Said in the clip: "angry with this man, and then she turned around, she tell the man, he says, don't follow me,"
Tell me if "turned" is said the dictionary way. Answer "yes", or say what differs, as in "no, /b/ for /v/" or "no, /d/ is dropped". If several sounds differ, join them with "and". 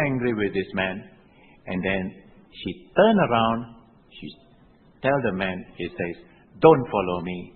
no, /d/ is dropped